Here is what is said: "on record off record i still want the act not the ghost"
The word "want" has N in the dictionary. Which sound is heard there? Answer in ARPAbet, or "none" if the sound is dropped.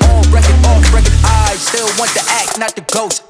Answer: N